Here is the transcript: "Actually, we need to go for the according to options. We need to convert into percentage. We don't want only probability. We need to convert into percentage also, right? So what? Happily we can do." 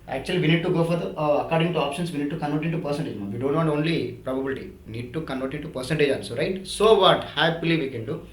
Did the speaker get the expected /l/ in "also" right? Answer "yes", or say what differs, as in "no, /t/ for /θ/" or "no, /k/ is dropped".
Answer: no, /n/ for /l/